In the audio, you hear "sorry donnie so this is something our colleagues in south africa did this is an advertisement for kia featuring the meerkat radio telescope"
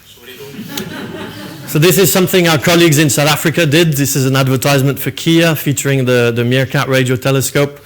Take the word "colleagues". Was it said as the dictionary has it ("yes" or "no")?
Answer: yes